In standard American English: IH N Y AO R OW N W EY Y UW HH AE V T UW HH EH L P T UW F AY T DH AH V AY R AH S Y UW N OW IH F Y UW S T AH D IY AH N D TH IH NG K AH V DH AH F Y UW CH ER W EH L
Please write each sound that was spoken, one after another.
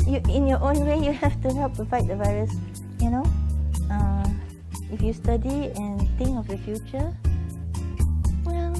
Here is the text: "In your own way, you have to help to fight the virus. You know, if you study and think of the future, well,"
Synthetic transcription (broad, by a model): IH N Y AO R OW N W EY Y UW HH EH F T UW HH EH L P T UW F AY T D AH V AY R AH S Y UW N OW IH F Y UW S T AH D IY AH N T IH NG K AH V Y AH F Y UW CH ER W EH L